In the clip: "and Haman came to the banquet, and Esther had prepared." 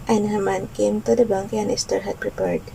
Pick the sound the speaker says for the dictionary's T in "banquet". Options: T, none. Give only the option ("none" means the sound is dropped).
none